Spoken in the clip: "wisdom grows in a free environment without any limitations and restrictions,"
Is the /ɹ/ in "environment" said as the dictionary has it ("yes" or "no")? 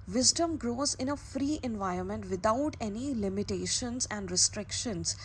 yes